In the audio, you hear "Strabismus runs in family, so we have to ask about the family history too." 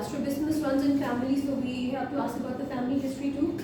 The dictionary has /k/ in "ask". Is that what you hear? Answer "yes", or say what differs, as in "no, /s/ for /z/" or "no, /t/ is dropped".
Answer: no, /k/ is dropped